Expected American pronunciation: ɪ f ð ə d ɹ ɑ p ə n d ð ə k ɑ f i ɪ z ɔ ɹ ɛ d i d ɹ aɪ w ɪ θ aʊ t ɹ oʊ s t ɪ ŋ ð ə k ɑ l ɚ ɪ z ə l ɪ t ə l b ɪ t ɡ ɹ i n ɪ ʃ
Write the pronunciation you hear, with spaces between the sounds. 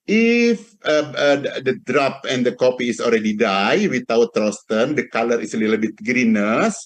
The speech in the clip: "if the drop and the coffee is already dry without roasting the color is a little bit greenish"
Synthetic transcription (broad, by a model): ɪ f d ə d ɹ ɑ p ə n d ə k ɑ p i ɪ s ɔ l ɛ d i d aɪ w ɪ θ aʊ t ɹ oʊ s t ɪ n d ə k ɑ l ɚ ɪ s ə l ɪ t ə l b ɪ t ɡ ɹ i n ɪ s